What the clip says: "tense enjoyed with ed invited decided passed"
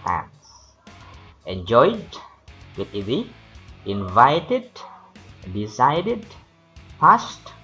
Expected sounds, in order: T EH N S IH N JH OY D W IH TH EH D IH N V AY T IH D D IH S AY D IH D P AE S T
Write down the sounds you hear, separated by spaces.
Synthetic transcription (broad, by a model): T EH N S IH N JH OY D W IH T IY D IH N V AY T IH D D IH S AY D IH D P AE S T